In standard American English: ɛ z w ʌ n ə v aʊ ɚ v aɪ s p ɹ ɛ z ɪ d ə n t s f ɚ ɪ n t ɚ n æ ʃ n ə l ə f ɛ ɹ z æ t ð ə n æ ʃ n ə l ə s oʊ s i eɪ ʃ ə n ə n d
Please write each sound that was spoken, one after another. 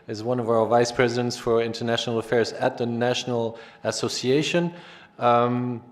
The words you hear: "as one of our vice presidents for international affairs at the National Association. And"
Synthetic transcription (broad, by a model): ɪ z w ʌ n ə v aʊ ɚ v aɪ s p ɹ ɛ z ɪ d ə n t s f ɚ ɪ n t ɚ n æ ʃ n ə l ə f ɛ ɹ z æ t ð ə n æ ʃ n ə l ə s oʊ s i eɪ ə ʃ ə n